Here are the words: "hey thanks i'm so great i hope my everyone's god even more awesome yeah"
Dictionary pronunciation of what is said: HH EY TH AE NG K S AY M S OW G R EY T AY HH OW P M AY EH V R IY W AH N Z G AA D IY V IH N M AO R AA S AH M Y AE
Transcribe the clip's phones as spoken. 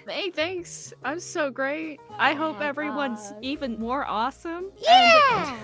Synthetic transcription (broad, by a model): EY TH AE NG K S AY M S OW G R EY T AY HH OW P EH V R IY W AH N Z IY V IH N M AO R AA S AH M Y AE